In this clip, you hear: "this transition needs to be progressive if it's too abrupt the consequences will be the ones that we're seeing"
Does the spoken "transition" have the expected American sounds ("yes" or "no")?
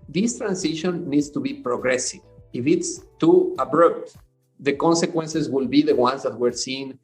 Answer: no